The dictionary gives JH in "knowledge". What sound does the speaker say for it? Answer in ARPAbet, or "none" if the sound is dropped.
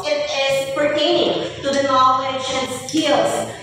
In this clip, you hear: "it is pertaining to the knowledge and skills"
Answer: SH